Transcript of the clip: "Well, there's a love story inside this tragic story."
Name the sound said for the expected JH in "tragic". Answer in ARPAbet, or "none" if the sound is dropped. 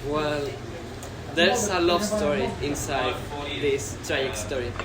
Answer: none